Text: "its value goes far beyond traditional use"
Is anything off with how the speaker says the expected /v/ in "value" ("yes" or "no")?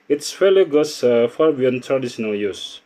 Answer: yes